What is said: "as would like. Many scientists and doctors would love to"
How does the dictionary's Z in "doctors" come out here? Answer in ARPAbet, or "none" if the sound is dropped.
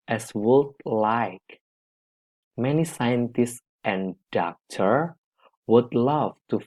none